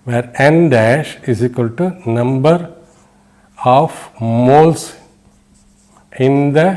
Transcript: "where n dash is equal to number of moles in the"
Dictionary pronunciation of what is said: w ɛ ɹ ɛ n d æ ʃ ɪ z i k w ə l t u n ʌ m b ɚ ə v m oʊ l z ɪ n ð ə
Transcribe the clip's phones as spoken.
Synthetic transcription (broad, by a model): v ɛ ɹ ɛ n d æ ʃ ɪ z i k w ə l t u n ʌ m b ɚ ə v m oʊ l s ɪ n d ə